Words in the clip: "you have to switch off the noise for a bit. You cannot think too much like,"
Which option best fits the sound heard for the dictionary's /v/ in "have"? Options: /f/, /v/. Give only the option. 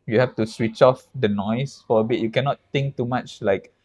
/f/